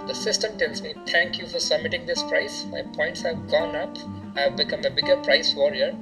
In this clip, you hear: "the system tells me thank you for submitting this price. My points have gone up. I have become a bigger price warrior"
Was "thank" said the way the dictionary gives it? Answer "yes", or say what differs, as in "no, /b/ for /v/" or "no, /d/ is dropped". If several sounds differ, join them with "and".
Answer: no, /t/ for /θ/